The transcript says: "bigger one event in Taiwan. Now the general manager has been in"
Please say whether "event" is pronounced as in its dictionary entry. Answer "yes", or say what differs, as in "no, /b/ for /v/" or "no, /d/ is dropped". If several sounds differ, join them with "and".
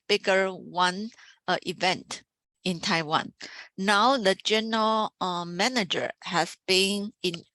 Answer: yes